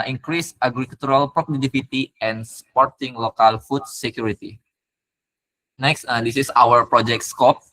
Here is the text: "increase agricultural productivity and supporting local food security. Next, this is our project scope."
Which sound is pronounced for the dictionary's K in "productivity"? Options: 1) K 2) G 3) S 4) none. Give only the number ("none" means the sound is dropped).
4